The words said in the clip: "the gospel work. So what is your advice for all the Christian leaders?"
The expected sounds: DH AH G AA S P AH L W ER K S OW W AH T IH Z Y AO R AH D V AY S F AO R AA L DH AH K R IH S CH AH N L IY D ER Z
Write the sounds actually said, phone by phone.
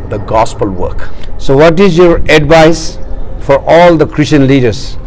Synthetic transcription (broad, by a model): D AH G AA S P AH L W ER K S OW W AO T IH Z Y AO R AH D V AY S F AO R AA L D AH K R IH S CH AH N L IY D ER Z